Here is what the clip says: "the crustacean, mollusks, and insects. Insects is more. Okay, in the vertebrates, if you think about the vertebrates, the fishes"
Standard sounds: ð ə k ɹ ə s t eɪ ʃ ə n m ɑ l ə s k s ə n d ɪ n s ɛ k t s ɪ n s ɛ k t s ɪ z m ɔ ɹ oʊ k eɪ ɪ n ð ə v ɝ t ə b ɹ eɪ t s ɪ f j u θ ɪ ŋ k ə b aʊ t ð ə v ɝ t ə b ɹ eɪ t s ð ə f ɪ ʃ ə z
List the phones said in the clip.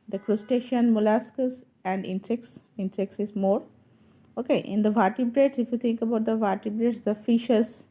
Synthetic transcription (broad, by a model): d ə k ɹ ə s t eɪ ʃ ə n m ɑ l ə s k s ə n d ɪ n s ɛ k s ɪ n s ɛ k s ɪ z m ɔ ɹ oʊ k eɪ ɪ n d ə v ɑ t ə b ɹ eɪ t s ɪ f j u t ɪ ŋ k ə b aʊ t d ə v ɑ t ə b ɹ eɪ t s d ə f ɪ ʃ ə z